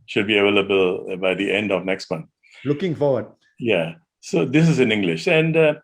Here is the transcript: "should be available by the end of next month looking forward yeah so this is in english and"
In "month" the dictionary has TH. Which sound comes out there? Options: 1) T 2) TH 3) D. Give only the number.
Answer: 1